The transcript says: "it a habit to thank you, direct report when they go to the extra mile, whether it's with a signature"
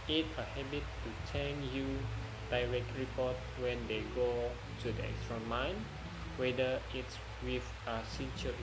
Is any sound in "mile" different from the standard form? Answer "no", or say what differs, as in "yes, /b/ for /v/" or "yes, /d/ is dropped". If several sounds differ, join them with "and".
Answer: yes, /n/ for /l/